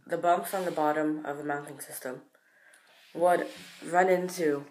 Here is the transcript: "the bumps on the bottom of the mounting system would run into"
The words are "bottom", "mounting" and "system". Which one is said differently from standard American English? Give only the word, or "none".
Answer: none